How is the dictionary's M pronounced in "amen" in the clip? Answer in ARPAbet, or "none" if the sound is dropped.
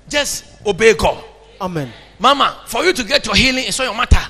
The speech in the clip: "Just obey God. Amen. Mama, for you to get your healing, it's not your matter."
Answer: M